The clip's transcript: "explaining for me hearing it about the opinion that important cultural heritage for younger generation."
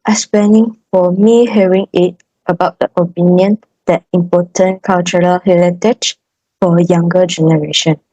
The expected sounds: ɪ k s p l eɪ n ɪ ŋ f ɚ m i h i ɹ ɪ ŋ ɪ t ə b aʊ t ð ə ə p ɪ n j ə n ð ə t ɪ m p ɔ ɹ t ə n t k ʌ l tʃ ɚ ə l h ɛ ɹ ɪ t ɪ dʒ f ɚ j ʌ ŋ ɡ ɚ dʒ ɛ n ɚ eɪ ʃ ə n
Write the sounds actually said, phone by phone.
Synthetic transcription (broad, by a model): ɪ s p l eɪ n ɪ ŋ f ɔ m i h i ɹ ɪ ŋ ɪ t ə b aʊ t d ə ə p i n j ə n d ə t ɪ m p ɔ t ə n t k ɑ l tʃ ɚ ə l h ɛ l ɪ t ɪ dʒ f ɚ j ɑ ŋ ɡ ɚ dʒ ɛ n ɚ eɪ ʃ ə n